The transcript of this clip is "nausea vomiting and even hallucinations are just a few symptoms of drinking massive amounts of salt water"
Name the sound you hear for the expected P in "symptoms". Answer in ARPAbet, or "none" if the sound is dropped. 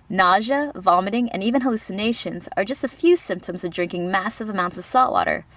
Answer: P